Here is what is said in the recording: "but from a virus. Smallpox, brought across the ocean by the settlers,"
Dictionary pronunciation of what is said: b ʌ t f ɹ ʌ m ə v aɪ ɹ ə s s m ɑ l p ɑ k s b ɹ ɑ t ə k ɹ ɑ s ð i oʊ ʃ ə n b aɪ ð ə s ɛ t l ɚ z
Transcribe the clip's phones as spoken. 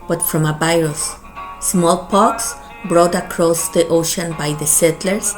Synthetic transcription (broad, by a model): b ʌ t f ɹ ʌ m ə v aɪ ɹ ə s s m ɑ l p ɑ k s b ɹ ɑ t ə k ɹ ɑ s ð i oʊ ʃ ə n b aɪ ð ə s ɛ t l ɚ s